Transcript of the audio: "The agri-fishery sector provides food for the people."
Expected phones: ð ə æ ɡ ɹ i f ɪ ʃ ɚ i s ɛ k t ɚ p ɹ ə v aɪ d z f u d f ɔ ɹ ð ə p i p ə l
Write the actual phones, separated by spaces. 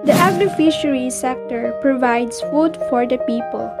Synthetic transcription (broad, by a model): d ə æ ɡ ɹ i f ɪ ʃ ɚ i s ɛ k t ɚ p ɹ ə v aɪ d s f u d f ɔ ɹ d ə p i p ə l